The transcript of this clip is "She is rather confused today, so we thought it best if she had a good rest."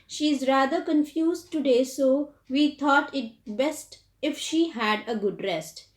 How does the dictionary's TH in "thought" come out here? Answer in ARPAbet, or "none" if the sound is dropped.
T